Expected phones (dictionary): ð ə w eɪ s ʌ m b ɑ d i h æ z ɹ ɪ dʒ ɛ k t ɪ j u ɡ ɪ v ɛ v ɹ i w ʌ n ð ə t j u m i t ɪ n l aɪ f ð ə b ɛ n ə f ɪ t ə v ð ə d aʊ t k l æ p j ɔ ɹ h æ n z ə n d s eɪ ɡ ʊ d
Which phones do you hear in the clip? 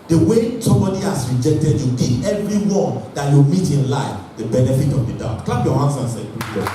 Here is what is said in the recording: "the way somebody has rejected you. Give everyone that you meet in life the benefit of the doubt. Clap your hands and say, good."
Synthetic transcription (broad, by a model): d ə w eɪ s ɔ m b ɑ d i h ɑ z ɹ ɪ dʒ ɛ k t ɪ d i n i ɛ v ɹ i w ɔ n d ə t j u m i t ɪ n l aɪ f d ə b ɛ n ə f ɪ t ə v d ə d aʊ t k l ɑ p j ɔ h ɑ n s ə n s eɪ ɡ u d